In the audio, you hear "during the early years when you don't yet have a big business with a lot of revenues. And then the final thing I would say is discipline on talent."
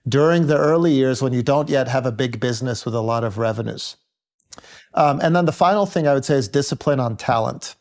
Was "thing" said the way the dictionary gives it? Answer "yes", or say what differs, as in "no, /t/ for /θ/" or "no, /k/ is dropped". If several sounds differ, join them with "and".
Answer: yes